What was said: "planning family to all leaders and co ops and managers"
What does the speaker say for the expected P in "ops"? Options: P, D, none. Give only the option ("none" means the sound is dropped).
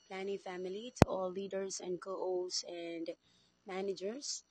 none